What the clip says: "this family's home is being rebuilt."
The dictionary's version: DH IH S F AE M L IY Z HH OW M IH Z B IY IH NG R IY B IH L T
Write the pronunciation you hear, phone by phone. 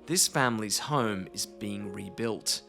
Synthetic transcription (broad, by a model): DH IH S F AE M L IY Z HH OW M IH Z B IY IH NG R IY B IH L T